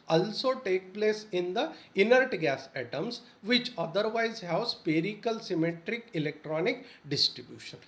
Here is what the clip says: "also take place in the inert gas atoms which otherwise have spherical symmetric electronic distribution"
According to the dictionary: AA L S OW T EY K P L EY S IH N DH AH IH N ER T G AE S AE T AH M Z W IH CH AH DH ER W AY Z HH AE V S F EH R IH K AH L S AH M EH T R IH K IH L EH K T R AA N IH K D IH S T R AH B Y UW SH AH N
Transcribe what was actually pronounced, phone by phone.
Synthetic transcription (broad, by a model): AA L S OW T EY K P L EY S IH N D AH IH N ER T G AE S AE T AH M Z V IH CH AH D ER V AY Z HH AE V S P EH R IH K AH L S AH M EH T R IH K IH L EH K T R AA N IH K D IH S T R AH B Y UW SH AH N